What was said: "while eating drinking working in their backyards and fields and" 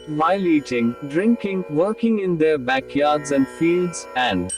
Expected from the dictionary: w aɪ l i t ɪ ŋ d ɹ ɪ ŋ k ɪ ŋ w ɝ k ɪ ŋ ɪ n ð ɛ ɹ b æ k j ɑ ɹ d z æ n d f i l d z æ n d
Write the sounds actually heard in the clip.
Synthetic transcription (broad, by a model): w aɪ l i t ɪ ŋ d ɹ ɪ ŋ k ɪ ŋ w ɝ k ɪ ŋ ɪ n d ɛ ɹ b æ k j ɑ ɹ d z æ n d f i l d z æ n d